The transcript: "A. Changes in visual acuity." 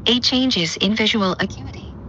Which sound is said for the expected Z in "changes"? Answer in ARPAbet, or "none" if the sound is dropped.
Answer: Z